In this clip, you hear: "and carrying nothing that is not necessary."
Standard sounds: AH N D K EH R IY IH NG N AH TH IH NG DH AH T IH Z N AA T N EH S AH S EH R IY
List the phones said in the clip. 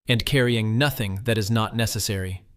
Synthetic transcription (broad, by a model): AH N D K EH R IY IH NG N AH TH IH NG DH AH T IH Z N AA T N EH S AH S EH R IY